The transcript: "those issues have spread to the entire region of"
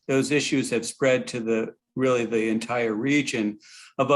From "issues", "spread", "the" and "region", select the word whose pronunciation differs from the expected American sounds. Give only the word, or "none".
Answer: none